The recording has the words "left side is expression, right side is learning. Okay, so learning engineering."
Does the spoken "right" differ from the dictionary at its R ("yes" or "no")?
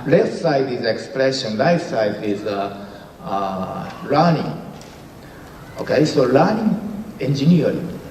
yes